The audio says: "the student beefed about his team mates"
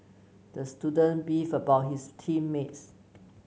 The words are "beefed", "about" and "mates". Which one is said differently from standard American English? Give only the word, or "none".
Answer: beefed